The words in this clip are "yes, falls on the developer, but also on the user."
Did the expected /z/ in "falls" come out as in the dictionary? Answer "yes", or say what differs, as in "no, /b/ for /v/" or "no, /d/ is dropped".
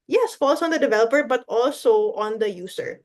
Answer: no, /s/ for /z/